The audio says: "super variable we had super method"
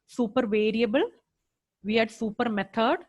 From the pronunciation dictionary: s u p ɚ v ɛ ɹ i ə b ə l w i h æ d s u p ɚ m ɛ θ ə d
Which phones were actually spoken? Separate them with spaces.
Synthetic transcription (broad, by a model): s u p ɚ v ɛ ɹ i ə b ə l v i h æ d s u p ɚ m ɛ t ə d